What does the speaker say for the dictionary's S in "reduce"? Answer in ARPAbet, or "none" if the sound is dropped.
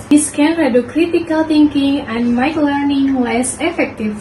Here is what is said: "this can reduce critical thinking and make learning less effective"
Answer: none